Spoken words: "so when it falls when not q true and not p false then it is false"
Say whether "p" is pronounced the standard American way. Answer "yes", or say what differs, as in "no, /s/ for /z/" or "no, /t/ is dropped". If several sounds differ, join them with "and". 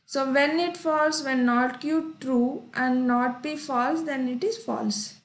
no, /b/ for /p/